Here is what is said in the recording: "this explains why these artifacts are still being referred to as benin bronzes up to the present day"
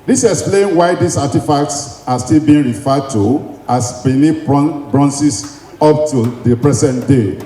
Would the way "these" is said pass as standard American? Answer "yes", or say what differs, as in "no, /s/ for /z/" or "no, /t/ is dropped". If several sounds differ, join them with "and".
no, /s/ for /z/